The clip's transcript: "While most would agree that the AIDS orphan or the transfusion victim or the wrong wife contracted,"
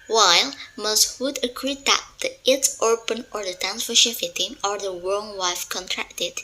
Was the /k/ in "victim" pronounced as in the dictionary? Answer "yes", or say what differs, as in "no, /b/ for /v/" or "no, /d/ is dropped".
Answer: no, /k/ is dropped